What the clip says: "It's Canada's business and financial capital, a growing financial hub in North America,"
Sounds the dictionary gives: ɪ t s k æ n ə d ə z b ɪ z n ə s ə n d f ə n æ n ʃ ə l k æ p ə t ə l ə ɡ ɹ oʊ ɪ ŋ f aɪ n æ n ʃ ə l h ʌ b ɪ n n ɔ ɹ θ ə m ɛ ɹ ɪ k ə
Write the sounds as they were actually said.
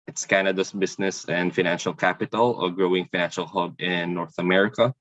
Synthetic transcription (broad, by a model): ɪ t s k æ n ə d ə s b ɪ s n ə s ə n d f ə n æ n ʃ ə l k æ p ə t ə l ə ɡ ɹ oʊ ɪ ŋ f aɪ n æ n ʃ ə l h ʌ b ɪ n n ɔ ɹ θ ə m ɛ ɹ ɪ k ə